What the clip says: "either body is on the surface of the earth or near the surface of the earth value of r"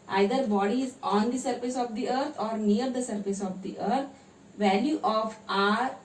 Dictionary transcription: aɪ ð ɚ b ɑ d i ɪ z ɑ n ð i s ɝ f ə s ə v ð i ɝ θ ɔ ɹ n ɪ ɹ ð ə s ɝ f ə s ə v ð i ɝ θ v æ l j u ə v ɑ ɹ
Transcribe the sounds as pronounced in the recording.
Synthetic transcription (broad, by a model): aɪ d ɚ b ɑ d i ɪ z ɑ n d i s ɝ f ə s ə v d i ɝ t ɔ ɹ n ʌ ɹ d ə s ɝ f ə s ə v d i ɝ t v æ l j u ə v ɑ ɹ